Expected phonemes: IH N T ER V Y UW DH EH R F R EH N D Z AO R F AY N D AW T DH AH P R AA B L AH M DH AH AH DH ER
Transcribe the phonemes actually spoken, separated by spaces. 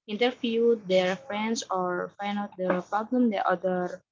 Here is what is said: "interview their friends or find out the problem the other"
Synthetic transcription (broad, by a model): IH N T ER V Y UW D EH R F R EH N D S AO R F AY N AW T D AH P R AA B L AH M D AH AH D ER